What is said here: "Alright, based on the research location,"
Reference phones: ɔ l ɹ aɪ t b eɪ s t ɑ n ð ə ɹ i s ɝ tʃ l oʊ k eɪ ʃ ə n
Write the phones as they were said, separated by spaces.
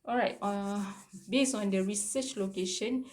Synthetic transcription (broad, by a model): ɔ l ɹ aɪ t b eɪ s ɑ n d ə ɹ i s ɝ tʃ l oʊ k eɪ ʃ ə n